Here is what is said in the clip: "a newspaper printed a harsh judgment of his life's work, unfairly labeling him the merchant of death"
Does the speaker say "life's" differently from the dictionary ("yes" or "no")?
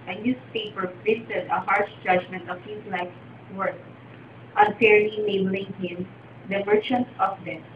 yes